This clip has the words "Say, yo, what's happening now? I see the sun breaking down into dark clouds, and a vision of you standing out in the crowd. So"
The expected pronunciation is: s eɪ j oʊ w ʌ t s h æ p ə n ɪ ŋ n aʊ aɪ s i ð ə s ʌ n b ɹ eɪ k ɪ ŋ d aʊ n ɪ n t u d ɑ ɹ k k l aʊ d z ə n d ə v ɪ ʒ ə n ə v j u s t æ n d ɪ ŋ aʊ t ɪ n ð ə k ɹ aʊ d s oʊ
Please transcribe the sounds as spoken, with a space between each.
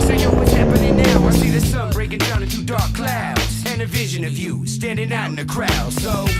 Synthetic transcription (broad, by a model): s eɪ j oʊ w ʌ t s h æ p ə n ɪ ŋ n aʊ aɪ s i ð ə s ʌ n b ɹ eɪ k ɪ ŋ d aʊ n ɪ t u d ɑ ɹ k k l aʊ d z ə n ə v ɪ ʒ ə n ə v j u s t æ n d ɪ ŋ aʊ ɪ n ð ə k ɹ aʊ d s oʊ